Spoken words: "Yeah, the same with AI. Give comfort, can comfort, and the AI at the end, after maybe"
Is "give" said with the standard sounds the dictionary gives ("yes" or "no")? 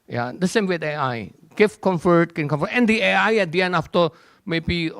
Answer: no